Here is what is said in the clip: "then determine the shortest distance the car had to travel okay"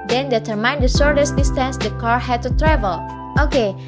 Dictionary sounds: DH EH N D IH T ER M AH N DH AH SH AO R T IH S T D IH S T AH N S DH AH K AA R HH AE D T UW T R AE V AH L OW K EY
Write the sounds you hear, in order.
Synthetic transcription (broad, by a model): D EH N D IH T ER M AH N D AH S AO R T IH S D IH S T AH N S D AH K AA R HH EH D T UW T R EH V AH L OW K EY